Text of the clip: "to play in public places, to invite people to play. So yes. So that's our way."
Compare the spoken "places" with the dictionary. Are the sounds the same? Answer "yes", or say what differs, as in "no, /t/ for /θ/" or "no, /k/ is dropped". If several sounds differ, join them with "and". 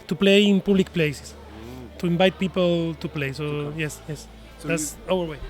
no, /s/ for /z/